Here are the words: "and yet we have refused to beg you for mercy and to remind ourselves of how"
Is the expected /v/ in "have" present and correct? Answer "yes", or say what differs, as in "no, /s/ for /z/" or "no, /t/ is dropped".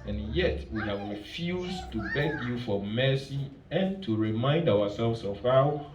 yes